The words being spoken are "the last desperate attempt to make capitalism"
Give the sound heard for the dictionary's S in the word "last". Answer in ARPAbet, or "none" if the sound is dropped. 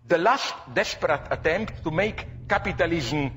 S